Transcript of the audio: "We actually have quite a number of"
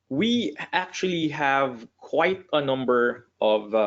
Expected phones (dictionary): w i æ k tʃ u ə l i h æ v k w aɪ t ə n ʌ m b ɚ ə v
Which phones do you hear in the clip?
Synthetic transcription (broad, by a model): w i æ k tʃ u ə l i h æ v k w aɪ t ə n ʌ m b ɚ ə v